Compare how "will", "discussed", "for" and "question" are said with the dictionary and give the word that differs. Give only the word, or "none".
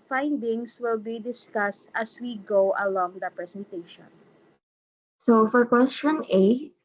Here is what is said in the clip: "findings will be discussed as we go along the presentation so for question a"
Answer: none